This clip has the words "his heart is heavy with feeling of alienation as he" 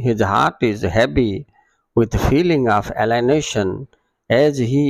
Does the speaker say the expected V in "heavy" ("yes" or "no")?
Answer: no